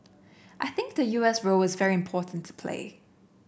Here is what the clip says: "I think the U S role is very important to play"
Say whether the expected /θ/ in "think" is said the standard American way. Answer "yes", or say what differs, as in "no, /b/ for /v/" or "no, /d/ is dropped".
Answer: yes